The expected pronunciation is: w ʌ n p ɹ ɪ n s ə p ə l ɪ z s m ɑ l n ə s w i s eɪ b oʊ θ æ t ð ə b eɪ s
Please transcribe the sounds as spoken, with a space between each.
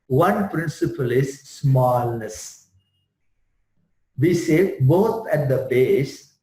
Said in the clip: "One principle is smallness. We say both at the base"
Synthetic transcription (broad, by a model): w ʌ n p ɹ ɪ n s ə p ə l ɪ z s m ɑ l n ə s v i s eɪ b oʊ t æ t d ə b eɪ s